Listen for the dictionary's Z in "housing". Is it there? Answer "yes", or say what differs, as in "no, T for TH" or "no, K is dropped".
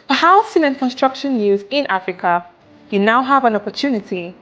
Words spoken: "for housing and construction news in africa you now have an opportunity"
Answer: no, S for Z